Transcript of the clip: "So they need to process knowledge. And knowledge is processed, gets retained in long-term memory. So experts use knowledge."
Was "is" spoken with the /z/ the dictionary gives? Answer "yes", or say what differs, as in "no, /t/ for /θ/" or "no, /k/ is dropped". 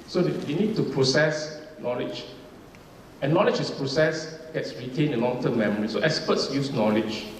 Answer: no, /s/ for /z/